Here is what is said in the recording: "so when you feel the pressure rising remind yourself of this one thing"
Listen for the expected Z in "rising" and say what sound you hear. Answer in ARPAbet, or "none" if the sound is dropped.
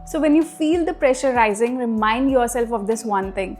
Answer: Z